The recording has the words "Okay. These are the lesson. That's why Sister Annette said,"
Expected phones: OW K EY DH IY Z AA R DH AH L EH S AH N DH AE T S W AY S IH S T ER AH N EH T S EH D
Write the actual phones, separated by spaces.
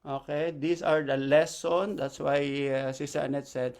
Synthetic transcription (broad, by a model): OW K EY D IY S AA R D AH L EH S AH N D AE T S W AY S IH S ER AH N EH T S EH D